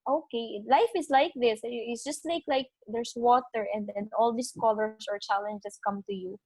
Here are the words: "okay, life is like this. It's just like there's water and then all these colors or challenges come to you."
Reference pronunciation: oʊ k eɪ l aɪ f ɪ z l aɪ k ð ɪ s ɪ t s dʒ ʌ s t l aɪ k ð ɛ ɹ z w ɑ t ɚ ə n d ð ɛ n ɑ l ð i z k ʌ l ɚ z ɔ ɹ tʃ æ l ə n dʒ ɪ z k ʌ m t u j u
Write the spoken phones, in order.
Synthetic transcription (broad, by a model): oʊ k eɪ l aɪ f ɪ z l aɪ k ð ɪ s ɪ t s dʒ ʌ s t l aɪ k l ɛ ɹ s w ɑ t ɚ ə n d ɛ n ɑ l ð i s k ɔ l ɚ s ɔ ɹ tʃ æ l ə n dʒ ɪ s k ʌ m t u j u